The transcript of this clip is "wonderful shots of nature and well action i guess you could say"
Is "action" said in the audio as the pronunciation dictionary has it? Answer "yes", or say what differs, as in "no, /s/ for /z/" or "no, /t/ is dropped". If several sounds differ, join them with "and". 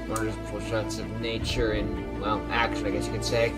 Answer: no, /n/ is dropped